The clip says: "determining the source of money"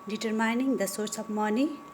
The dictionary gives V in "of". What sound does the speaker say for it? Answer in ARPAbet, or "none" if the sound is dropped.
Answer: P